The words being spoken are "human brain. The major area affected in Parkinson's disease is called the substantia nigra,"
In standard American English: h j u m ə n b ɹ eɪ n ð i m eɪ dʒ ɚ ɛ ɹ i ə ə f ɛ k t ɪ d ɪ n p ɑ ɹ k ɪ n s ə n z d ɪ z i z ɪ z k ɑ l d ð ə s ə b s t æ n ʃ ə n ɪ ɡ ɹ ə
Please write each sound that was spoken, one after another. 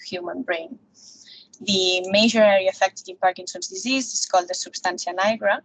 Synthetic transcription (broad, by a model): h j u m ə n b ɹ eɪ n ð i m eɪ ʒ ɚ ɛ ɹ i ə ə f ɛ k t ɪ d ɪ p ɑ ɹ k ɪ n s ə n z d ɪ z i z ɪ s k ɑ l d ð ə s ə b s t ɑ n s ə n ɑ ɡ ɹ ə